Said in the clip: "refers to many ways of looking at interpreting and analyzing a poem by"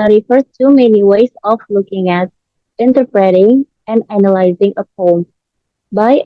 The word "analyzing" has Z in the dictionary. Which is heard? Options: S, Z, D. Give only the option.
Z